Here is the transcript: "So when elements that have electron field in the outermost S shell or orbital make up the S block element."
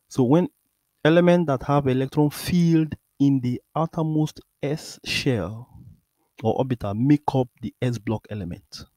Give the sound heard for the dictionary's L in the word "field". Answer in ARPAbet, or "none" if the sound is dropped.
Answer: L